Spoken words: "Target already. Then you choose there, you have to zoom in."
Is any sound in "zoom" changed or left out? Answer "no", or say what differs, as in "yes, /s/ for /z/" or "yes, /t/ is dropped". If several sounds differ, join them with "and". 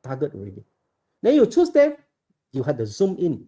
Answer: no